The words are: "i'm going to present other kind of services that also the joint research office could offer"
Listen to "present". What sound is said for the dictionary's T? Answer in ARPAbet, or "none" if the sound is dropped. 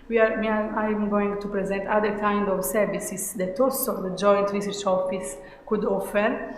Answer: T